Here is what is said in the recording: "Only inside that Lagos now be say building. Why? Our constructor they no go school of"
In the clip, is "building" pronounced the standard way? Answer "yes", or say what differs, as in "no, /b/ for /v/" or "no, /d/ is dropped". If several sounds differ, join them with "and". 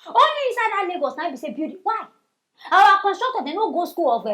no, /l/ is dropped